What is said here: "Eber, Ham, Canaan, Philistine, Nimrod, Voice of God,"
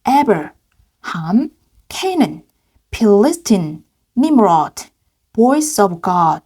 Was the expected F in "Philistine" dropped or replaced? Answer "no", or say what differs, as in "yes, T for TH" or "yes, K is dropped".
yes, P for F